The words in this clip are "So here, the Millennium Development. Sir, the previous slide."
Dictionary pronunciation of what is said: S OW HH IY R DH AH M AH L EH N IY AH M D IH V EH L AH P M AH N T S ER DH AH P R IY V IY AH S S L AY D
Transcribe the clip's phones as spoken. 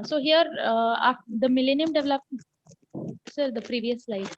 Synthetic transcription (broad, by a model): S OW HH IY R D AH M AH L EH N IY AH M D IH V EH L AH P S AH T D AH P R IY V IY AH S S L AY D